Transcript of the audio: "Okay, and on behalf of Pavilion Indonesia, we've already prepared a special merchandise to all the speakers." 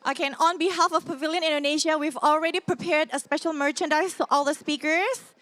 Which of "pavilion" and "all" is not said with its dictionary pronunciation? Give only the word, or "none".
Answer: none